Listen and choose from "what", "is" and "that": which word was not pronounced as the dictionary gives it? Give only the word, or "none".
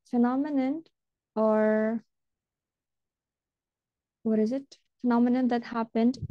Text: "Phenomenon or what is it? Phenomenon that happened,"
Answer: none